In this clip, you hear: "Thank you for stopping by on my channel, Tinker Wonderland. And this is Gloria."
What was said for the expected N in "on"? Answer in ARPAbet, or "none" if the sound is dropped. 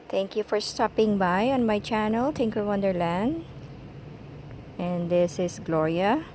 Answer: N